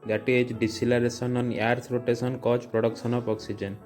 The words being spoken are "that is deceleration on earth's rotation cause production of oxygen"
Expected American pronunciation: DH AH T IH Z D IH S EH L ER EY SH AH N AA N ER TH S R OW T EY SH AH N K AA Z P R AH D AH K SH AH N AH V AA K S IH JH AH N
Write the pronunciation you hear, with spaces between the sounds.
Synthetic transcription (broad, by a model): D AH T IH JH D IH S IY L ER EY S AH N AA N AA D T R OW T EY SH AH N K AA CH P R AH D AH K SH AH N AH P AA K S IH JH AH N